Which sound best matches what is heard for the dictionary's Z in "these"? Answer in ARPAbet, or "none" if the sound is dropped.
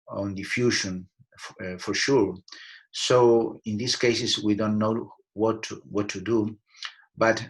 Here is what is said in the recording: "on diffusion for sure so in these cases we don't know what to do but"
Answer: S